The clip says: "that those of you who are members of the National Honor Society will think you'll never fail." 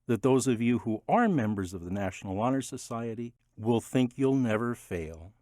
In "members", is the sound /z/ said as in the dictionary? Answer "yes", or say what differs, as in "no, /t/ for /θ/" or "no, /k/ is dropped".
yes